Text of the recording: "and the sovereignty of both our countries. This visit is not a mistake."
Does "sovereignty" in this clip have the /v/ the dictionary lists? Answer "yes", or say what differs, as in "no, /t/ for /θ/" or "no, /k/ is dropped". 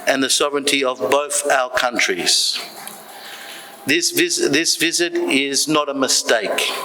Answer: yes